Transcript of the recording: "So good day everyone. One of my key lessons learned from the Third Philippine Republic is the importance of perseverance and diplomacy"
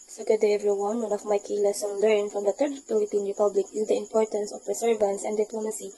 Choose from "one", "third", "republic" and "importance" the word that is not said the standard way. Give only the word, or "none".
third